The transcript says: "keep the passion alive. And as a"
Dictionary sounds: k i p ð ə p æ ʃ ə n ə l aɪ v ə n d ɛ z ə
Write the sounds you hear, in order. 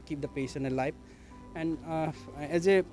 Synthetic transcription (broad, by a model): k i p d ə p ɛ s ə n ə l aɪ p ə n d ɛ z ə